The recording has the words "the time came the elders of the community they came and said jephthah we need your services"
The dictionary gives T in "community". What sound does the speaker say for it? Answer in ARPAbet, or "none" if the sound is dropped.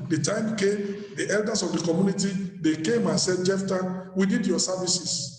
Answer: T